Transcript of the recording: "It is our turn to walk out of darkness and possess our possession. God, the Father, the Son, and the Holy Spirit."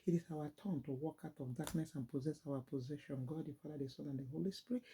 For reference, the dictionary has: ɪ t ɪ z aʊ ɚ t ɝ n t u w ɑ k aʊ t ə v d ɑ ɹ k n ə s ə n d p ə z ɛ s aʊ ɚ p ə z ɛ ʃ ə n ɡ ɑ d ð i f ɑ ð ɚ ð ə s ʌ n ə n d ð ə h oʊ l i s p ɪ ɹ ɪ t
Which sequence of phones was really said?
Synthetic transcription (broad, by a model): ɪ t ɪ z aʊ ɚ t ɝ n t u w ɑ k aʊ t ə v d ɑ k n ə s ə n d p ə z ɛ s aʊ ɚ p ə z ɛ ʃ ə n ɡ ɑ d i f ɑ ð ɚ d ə s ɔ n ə n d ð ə h oʊ l i s p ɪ ɹ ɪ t